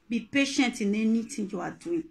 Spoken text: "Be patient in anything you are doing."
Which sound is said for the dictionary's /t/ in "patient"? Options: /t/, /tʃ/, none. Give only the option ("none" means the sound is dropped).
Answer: /t/